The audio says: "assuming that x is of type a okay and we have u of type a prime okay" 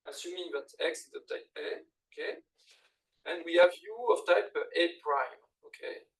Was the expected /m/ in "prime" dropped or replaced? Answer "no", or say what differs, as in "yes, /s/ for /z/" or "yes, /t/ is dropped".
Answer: no